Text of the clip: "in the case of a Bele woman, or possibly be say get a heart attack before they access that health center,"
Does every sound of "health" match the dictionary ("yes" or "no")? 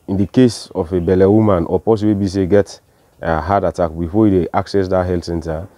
no